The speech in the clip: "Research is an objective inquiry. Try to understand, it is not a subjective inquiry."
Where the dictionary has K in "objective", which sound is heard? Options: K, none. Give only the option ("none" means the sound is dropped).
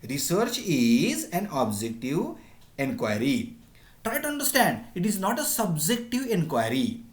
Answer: K